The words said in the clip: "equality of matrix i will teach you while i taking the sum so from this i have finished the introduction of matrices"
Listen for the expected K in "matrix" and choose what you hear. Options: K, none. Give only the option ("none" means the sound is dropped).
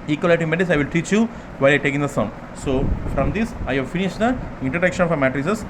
none